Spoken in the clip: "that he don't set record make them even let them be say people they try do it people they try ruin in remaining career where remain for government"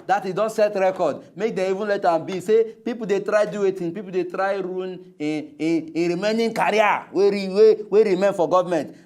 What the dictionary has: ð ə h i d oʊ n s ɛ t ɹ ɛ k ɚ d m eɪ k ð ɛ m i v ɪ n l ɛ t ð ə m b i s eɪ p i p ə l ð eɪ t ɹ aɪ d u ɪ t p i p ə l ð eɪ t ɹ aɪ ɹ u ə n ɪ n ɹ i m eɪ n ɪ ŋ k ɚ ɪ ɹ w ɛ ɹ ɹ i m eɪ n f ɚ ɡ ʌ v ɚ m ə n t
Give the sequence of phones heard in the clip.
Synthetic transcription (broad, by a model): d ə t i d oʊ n s ɛ t ɹ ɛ k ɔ d m eɪ k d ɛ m i v ɪ n l ɛ t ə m b i s eɪ p i p ə l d eɪ t ɹ aɪ d u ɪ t p i p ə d eɪ t ɹ aɪ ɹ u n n ɹ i m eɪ n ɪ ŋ k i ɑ w w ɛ w ɹ i m eɪ n f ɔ ɡ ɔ v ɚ m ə n t